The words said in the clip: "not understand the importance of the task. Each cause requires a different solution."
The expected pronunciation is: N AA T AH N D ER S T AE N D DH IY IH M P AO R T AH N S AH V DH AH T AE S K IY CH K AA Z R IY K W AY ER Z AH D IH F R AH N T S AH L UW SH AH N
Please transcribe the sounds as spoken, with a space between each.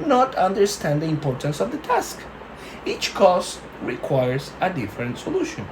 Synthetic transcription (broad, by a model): N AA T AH N D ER S T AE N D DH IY IH M P AO R T AH N S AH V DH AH T AE S K IY CH K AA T R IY K W AY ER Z AH D IH F R AH N T S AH L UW SH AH N